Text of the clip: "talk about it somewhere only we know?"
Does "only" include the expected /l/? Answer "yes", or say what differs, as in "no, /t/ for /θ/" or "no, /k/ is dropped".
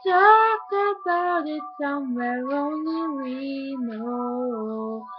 no, /l/ is dropped